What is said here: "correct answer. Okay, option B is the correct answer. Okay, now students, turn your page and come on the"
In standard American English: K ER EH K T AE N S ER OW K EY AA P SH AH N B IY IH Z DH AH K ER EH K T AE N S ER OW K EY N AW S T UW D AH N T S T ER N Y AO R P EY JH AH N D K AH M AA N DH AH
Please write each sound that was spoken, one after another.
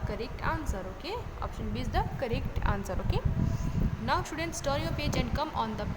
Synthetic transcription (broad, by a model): K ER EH K T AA N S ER OW K EY AA P SH AH N B IY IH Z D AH K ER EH K T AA N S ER OW K EY N AW S T UW D AH N T S T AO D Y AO P EY JH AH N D K AH M AA N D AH